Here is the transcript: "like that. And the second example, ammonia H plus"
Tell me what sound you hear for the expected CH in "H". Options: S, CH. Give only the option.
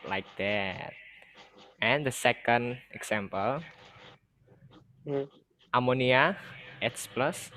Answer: S